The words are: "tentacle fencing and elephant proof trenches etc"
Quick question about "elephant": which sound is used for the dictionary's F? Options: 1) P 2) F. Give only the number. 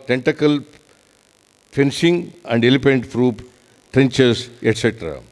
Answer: 1